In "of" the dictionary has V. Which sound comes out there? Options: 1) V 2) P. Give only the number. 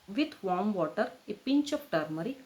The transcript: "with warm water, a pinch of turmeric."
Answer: 2